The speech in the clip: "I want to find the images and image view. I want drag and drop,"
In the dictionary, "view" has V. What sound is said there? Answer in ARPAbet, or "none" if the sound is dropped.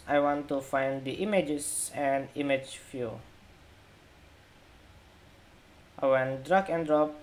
F